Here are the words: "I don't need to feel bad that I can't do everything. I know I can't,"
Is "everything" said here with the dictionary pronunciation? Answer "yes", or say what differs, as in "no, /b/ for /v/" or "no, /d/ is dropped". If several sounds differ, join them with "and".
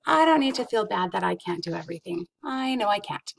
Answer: yes